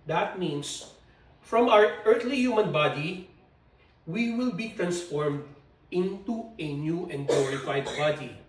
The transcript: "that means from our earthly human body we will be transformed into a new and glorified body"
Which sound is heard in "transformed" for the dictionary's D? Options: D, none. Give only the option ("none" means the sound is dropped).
D